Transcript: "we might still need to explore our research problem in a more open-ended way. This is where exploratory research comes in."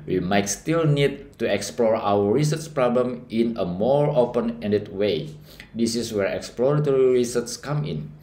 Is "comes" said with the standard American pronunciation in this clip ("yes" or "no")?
no